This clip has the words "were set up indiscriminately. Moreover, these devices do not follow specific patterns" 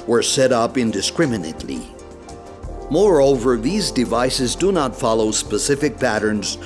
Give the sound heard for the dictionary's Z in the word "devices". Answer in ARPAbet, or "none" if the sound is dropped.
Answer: Z